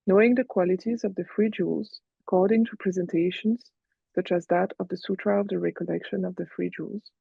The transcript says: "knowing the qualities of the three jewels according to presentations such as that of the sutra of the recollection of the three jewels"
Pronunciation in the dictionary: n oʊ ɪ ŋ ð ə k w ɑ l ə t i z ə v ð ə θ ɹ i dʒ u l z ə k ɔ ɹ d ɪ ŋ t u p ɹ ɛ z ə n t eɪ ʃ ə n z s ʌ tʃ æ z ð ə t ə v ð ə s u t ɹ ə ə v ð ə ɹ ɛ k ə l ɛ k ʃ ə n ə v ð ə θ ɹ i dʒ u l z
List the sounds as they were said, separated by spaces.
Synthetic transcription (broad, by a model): n oʊ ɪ ŋ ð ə k w ɑ l ə t i z ə v ð ə f ɹ i dʒ u l z ə k ɔ ɹ d ɪ ŋ t u p ɹ ɛ z ə n t eɪ ʃ ə n z s ʌ tʃ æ z ð ə t ə v ð ə s u t ɹ ə ə v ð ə ɹ ɛ k ə l ɛ k ʃ ə n ə v ð ə f ɹ i dʒ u l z